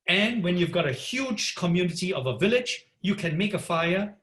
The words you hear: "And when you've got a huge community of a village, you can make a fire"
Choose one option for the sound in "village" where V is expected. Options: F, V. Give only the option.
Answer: V